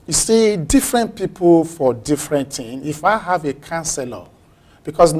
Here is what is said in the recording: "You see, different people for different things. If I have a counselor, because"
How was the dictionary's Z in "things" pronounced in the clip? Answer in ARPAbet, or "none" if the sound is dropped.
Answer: none